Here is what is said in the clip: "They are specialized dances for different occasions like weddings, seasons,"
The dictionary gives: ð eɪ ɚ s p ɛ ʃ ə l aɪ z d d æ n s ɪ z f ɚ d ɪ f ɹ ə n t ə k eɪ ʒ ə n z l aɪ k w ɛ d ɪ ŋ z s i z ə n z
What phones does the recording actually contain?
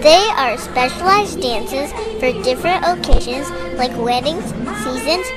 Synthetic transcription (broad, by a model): ð eɪ ɚ s p ɛ ʃ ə l aɪ z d d æ n s ɪ z f ɚ d ɪ f ɹ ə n t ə k eɪ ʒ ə n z l aɪ k w ɛ d ɪ ŋ z s i z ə n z